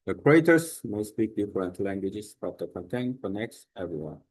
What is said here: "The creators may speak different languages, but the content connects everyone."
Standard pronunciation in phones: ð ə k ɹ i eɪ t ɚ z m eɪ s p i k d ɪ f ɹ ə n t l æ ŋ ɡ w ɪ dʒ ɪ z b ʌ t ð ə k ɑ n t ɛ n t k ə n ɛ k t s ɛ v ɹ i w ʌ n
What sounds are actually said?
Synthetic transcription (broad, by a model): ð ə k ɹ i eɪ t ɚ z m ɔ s b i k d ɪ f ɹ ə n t l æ ŋ ɡ w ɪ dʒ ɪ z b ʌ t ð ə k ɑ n t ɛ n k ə n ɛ k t s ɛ v ɹ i w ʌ n